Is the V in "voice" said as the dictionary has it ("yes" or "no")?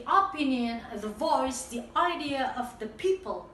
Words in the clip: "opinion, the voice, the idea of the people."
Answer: yes